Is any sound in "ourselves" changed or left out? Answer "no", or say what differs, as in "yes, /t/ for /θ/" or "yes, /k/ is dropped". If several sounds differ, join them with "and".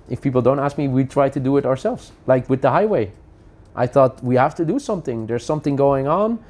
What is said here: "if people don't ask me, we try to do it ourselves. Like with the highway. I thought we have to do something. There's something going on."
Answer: no